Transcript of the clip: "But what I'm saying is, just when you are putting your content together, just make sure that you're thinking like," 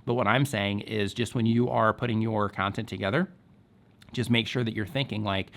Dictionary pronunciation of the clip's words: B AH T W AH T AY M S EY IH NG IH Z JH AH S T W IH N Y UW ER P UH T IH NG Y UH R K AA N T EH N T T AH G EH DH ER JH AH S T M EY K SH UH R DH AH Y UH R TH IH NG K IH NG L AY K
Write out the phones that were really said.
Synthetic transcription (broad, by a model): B AH T W AH T AY M S EY IH NG IH Z JH AH S T W IH N Y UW ER P UH T IH NG Y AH R K AA N T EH N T T AH G EH DH ER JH AH S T M EY K SH UH R DH AH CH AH R TH IH NG K IH NG L AY K